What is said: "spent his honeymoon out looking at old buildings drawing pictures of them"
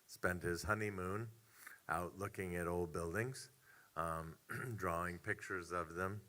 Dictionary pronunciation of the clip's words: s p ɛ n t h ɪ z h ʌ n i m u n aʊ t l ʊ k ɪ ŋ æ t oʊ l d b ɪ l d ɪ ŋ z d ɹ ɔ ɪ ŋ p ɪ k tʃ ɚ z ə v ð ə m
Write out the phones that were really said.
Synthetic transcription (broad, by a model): s p ɛ n t h ɪ z h ʌ n i m u n aʊ t l ʊ k ɪ ŋ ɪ t oʊ l d b ɪ l d ɪ ŋ z d ɹ ɔ ɪ ŋ p ɪ k tʃ ɚ z ə v ð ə m